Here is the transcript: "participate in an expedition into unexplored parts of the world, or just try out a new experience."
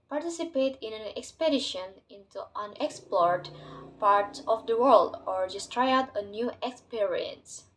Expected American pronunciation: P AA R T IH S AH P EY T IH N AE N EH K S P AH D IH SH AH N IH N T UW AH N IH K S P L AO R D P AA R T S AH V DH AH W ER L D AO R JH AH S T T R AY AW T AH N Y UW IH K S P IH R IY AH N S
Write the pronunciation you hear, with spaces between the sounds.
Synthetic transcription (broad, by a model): P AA R T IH S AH P EY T IH N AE N EH K S P AH D IH SH AH N IH N T UW AH N IH K S P L AO R D P AA R T S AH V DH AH W ER L D AO R JH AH S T T R AY AW T AH N Y UW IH K S P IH R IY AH N S